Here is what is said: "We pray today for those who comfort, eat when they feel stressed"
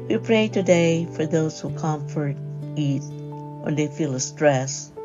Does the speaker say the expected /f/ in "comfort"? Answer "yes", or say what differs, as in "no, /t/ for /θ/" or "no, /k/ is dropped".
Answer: yes